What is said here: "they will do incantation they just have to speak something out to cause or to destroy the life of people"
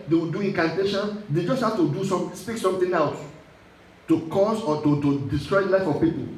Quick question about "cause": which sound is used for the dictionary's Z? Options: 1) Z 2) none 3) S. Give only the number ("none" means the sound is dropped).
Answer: 3